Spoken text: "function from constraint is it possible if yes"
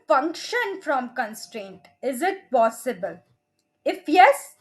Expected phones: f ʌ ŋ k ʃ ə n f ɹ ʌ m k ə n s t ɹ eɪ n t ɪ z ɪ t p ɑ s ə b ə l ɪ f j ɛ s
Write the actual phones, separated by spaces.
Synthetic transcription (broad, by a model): f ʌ ŋ k ʃ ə n f ɹ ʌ m k ə n s t ɹ eɪ n t ɪ z ɪ t p ɑ s ə b ə l ɪ f j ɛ s